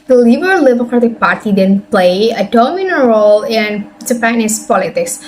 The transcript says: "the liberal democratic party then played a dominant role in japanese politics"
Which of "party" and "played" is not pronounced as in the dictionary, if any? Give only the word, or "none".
played